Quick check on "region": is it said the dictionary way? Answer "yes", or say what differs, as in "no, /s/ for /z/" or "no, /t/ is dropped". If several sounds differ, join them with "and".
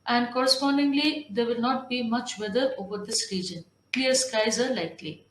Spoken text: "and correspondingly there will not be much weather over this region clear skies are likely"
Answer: yes